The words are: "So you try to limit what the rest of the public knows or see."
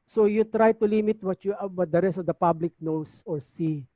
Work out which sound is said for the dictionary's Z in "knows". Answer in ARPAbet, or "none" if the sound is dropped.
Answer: S